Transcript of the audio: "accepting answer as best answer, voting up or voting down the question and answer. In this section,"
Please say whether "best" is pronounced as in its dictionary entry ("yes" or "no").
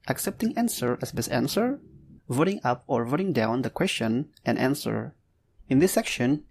no